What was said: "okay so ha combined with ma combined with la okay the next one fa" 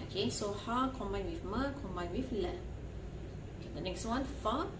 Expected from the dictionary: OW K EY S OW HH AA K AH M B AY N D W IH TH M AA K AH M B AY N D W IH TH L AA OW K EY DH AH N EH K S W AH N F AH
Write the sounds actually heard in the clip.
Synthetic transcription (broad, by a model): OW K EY S OW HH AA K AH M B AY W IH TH M AA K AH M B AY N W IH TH L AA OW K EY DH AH N EH K S W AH N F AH